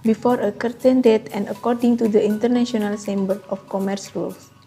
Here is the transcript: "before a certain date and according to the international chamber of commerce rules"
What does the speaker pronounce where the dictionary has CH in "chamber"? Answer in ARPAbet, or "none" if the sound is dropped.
S